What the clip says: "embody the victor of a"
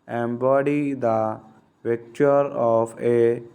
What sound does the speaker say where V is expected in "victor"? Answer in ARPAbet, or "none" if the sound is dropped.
P